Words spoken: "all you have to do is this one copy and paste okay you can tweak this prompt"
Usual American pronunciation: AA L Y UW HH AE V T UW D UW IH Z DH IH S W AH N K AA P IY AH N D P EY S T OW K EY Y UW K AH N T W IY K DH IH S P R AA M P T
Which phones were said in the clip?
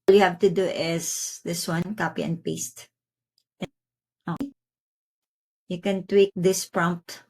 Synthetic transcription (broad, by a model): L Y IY HH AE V T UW D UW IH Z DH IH S W AH N K AA P IY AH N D P EY S T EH AO Y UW K AH N T W IY K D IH S P R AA M P T